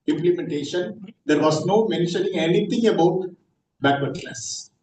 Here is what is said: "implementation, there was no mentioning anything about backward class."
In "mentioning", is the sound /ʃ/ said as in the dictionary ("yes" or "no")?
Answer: yes